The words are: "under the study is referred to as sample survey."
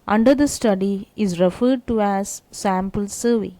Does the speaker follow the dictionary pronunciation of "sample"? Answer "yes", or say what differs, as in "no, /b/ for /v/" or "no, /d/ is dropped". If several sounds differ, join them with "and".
yes